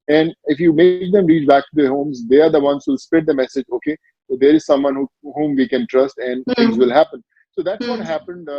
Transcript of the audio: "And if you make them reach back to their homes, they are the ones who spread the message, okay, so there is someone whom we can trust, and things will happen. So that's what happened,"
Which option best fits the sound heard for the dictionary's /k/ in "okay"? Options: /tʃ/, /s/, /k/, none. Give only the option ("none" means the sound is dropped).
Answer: /k/